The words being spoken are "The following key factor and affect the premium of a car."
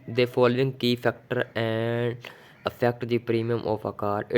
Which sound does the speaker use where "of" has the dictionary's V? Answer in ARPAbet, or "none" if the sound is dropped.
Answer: P